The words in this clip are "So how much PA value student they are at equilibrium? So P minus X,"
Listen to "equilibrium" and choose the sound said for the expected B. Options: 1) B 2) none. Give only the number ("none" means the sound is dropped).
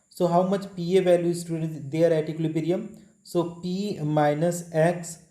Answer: 2